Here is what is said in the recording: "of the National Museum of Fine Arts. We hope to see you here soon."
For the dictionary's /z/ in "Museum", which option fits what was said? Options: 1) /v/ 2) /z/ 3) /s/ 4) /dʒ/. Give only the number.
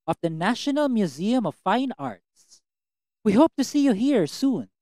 2